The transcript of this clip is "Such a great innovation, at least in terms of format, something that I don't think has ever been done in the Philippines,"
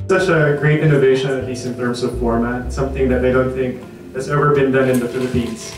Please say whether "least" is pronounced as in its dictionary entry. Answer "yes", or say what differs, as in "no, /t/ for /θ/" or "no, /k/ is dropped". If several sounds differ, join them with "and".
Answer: no, /t/ is dropped